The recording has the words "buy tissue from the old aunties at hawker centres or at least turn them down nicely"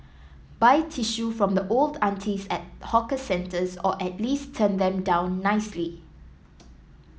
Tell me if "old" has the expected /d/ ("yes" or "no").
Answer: yes